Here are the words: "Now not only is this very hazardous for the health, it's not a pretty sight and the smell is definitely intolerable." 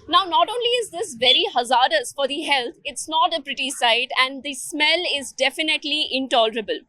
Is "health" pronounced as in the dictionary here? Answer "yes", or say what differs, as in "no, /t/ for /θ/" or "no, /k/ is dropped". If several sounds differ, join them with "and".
no, /t/ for /θ/